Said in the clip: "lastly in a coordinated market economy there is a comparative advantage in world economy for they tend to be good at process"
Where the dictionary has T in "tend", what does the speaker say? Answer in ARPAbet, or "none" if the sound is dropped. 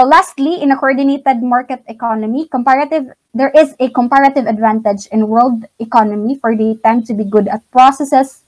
T